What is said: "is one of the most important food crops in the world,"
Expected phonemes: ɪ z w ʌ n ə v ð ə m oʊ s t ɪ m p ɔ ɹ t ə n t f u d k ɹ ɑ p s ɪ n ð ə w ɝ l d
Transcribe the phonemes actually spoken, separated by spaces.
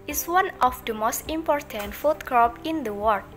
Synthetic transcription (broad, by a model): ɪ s w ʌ n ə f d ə m oʊ s t ɪ m p ɔ ɹ t ə n t f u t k ɹ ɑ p ɪ n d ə w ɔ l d